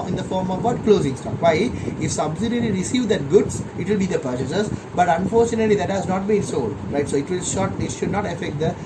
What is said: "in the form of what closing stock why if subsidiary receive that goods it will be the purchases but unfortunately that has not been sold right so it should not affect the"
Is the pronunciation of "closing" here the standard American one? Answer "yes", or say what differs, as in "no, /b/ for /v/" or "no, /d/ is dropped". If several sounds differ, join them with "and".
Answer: yes